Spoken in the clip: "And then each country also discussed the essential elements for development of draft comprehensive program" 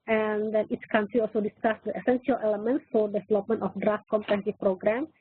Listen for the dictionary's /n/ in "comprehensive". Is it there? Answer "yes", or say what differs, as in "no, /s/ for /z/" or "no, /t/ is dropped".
no, /n/ is dropped